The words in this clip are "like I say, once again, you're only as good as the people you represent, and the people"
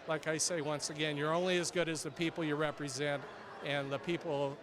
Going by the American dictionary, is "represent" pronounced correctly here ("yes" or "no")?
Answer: yes